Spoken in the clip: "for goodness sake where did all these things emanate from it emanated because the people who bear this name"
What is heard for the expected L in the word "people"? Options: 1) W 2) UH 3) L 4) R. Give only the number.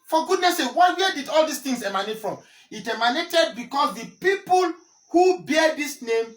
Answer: 3